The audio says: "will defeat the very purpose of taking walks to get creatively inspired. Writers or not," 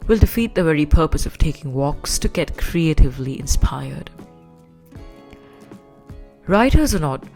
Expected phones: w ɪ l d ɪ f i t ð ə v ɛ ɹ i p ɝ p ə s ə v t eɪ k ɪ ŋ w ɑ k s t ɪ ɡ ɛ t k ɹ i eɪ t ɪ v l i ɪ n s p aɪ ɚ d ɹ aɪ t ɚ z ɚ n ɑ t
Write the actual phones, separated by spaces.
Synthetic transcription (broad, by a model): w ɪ l d ɪ f i t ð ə v ɛ ɹ i p ɝ p ə s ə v t eɪ k ɪ ŋ w ɑ k s t ɪ ɡ ɛ t k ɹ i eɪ t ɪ v l i ɪ n s p aɪ ɚ d ɹ aɪ t ɚ z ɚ n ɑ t